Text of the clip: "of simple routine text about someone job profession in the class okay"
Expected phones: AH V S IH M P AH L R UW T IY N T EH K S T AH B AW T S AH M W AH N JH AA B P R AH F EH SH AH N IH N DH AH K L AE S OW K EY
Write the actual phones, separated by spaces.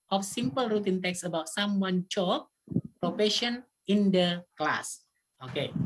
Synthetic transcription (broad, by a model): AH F S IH M P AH L R UW T IY N T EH K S AH B AW T S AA M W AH N CH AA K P R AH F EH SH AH N IH N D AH K L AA S OW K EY